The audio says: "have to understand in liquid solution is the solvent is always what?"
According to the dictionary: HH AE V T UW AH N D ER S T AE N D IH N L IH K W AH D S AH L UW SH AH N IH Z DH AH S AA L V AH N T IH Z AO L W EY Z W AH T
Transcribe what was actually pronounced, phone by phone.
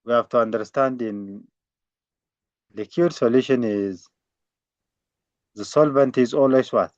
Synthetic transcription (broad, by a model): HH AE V T UW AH N D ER S T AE N D IH N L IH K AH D S AH L UW SH AH N IH Z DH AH S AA L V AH N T IH Z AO L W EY S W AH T